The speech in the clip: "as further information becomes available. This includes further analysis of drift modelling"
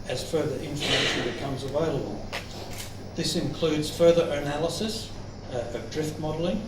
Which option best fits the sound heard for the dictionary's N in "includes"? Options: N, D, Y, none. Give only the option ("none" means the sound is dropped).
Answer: N